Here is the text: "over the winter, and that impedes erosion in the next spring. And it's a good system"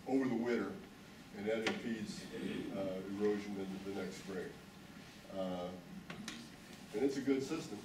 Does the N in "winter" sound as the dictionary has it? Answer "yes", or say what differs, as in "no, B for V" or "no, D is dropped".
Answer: no, N is dropped